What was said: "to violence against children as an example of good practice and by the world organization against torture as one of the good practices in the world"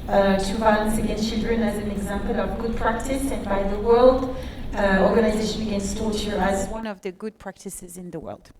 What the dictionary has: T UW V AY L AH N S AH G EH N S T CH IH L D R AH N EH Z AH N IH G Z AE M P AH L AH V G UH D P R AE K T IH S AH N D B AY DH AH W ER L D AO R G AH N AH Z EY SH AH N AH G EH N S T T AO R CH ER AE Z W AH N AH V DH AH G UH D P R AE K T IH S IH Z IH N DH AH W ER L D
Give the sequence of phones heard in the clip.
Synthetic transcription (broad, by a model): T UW B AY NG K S AH G EH N S T CH IH L D R AH N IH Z AH N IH G Z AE M P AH L AH V G UH D P R AE K T IH S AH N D B AY DH AH W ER L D AO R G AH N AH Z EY SH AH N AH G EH N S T T AO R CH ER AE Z W AH N AH V DH AH G UH D P R AE K T IH S IH Z IH N DH AH W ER L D